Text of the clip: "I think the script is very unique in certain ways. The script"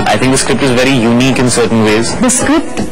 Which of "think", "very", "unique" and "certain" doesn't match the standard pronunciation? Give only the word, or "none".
think